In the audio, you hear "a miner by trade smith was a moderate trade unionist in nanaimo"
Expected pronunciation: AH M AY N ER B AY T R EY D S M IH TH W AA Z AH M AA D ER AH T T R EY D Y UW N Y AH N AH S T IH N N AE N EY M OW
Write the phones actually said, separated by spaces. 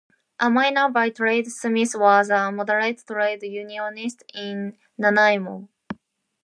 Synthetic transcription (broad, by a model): AH M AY N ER B AY T R EY D S M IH S W AA Z AH M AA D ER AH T T R EY D Y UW N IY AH N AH S T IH N N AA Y M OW